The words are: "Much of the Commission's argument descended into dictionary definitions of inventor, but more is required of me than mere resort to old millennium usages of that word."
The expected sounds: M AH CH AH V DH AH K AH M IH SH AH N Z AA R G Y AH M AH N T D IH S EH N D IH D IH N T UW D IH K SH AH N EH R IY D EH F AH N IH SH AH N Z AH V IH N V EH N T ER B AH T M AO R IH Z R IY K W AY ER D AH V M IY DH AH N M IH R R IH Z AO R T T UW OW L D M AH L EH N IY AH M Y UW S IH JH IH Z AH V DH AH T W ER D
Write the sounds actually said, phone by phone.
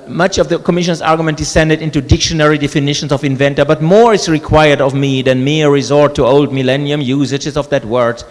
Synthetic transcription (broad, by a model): M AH CH AH V DH AH K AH M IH SH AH N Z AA R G Y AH M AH N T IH S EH N D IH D IH N T UW D IH K SH AH N EH R IY D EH F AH N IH SH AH N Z AH V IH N V EH N T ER B AH T M AO R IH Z R IY K W AY ER D AH V M IY DH AH N M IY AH R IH Z AO R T T UW OW L D M AH L EH N IY AH M Y UW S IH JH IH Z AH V DH AH T W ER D